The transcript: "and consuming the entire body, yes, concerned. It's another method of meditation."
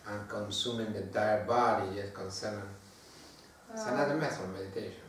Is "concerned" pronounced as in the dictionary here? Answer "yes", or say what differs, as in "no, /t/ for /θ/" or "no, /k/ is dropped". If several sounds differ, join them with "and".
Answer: no, /d/ is dropped